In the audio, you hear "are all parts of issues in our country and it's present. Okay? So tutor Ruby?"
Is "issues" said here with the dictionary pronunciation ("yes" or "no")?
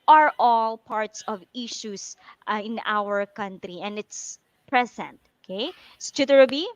no